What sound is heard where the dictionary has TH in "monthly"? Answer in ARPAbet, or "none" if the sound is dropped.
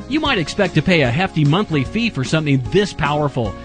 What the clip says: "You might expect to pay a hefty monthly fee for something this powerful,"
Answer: TH